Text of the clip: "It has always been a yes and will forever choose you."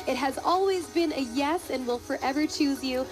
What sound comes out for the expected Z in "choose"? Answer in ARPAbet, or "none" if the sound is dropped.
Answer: Z